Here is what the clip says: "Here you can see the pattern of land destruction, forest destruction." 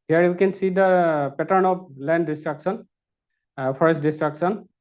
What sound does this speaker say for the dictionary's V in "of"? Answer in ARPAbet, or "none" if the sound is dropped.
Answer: P